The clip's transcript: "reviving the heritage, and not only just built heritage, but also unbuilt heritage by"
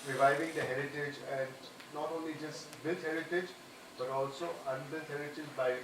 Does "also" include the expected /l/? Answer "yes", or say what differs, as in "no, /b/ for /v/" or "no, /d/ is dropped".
yes